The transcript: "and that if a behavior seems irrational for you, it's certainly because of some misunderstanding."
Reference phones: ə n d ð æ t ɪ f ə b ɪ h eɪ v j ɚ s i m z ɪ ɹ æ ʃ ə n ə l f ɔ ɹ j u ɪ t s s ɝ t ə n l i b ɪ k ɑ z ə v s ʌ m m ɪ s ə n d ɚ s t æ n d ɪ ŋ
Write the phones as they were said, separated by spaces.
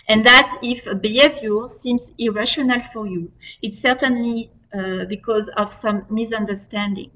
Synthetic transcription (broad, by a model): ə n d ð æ t ɪ f ə b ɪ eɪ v j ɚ s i m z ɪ ɹ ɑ ʃ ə n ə l f ɔ ɹ j u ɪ t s s ɝ t ə n l i b ɪ k ɑ z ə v s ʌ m m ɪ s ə n d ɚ s t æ n d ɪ ŋ